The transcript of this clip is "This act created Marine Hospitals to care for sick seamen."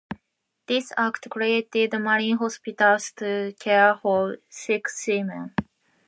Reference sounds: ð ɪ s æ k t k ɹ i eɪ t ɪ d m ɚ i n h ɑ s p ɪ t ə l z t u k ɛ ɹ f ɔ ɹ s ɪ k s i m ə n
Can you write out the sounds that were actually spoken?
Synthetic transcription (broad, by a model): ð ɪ s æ k t k ɹ i eɪ t ɪ d m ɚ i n h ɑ s p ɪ t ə l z t u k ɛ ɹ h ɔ l s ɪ k s i m ə n